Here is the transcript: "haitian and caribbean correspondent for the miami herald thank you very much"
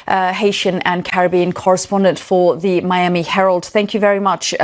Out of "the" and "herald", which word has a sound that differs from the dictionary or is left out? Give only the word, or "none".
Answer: none